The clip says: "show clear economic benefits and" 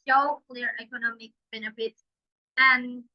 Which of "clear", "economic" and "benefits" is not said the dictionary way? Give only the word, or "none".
none